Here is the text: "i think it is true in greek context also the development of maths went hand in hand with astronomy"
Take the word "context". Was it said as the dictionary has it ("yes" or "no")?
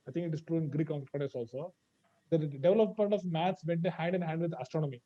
no